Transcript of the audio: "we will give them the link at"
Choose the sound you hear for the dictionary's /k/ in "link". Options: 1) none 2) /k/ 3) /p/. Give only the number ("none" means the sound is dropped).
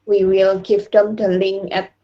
1